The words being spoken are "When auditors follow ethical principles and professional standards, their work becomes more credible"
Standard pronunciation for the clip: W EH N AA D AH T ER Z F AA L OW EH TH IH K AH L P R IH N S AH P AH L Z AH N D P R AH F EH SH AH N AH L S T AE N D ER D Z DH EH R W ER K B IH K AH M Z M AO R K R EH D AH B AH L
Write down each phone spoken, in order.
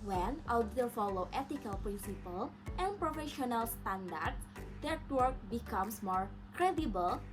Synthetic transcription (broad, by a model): W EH N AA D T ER F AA L OW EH T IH K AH L P R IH N S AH P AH L AH N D P R AH F EH SH AH N AH L S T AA N D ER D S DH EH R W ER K B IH K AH M S M AO R K R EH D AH B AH L